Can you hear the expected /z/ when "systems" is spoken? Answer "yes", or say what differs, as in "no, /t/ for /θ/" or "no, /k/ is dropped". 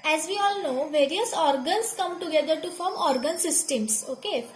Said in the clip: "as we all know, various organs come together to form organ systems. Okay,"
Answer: no, /s/ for /z/